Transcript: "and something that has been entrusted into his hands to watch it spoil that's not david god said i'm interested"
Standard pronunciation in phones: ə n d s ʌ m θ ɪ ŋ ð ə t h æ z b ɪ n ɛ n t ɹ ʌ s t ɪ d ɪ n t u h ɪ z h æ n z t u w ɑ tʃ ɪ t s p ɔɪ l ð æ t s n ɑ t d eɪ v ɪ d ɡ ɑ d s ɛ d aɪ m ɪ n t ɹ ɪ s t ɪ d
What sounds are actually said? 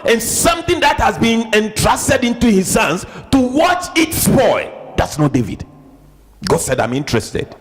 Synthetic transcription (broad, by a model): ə n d s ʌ m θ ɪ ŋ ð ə t h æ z b ɪ n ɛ n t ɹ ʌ s t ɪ d ɪ n t u h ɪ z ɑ n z t u w ɑ tʃ ɪ t s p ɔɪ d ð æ t s n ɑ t d eɪ v ɪ d ɡ ɑ d s ɛ d aɪ m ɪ n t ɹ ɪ s t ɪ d